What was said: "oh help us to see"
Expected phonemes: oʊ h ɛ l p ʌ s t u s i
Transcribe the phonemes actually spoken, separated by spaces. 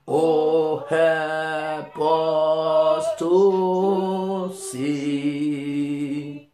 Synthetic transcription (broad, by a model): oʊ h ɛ p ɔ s t u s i